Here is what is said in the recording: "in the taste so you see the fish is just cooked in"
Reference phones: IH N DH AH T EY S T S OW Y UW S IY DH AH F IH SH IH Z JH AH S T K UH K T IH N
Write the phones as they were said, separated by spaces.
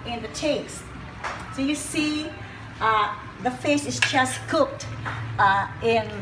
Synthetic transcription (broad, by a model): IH N DH AH T EY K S S OW Y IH S IY DH AH F IH S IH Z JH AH S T K UH K T IH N